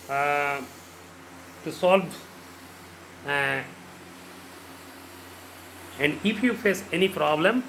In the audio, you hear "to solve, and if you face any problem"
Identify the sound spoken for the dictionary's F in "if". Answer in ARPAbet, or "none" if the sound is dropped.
P